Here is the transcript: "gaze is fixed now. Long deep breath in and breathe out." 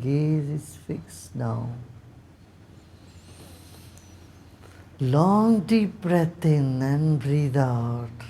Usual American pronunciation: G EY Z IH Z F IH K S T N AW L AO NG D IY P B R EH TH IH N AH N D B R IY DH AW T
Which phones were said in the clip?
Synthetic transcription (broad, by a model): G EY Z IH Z F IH K S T N AW L AO NG D IY P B R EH T IH N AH N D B R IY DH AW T